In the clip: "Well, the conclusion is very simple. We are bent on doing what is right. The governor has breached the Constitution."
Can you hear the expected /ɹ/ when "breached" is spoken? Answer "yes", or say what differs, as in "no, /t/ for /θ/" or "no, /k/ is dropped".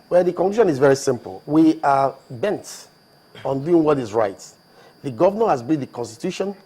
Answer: no, /ɹ/ is dropped